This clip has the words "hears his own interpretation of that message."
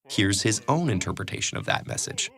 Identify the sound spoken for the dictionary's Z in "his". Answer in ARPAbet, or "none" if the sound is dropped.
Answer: Z